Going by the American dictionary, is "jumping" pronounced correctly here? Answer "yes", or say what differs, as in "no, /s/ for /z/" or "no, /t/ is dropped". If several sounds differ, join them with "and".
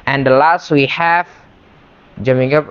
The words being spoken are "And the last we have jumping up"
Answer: no, /p/ is dropped